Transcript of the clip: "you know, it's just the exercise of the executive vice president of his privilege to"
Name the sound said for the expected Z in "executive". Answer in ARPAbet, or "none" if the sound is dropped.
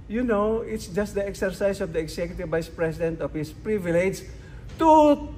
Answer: S